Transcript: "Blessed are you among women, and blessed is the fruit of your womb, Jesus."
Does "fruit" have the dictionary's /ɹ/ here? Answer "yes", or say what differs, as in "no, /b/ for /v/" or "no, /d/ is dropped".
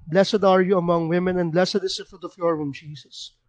no, /ɹ/ is dropped